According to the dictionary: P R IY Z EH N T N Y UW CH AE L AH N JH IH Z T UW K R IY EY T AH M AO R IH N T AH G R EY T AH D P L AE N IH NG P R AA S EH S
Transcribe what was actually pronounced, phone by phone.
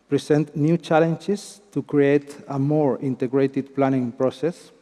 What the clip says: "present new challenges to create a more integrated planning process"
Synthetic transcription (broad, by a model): P R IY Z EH N T N Y UW CH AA L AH N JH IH S T UW K R IY EY T AH M AO R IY N T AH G R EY T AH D P L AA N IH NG P R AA S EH S